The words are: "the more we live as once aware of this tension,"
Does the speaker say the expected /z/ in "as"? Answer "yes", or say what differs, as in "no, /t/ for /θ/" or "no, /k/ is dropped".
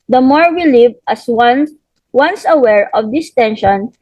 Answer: no, /s/ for /z/